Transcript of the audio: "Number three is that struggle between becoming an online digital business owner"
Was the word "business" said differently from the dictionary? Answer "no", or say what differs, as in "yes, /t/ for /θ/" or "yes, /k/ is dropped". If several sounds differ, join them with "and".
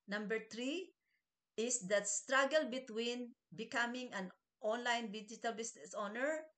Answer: yes, /s/ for /z/